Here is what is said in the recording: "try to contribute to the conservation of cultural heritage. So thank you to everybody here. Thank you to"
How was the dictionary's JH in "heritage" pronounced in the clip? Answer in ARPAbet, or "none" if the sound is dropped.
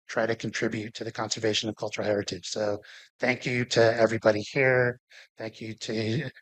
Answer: Z